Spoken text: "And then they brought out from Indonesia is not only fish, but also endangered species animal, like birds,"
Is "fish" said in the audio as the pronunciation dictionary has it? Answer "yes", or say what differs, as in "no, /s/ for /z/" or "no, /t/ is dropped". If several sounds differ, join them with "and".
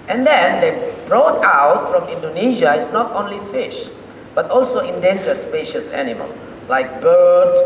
yes